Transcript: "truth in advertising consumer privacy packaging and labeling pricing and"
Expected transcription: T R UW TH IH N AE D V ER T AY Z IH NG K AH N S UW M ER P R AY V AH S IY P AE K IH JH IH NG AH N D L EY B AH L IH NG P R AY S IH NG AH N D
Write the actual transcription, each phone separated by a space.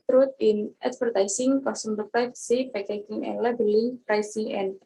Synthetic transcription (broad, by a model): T R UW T IH N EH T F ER T AY S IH NG K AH S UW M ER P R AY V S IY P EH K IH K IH NG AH N L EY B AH L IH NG P R AY S IH NG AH N